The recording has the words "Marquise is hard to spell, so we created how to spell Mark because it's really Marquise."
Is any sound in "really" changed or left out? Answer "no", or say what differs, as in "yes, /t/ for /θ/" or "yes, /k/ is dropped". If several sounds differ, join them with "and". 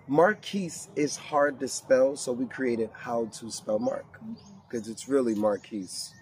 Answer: no